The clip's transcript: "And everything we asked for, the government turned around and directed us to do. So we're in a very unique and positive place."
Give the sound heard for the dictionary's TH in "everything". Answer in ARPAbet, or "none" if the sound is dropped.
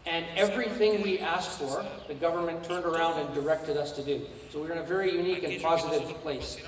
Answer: TH